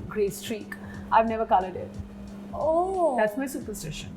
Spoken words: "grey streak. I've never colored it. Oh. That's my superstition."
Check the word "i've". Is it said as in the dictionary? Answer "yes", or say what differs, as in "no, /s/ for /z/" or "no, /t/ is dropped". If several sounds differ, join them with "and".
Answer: yes